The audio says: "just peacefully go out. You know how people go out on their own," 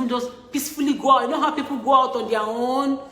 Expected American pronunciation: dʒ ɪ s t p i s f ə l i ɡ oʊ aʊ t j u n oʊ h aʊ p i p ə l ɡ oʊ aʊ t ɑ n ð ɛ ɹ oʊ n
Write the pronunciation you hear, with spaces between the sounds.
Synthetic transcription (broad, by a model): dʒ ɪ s p i s f ə l i ɡ oʊ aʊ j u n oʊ h aʊ p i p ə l ɡ oʊ aʊ t ɑ n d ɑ w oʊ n